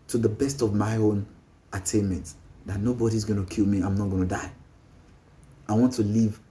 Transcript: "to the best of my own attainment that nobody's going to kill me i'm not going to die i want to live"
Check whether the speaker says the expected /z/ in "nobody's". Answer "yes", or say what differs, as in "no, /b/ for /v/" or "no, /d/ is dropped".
yes